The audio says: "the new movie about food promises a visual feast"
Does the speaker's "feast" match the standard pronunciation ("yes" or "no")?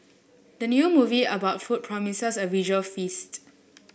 yes